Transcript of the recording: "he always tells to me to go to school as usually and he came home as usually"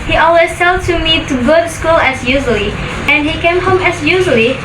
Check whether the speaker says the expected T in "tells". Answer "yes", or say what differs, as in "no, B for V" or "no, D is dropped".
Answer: no, S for T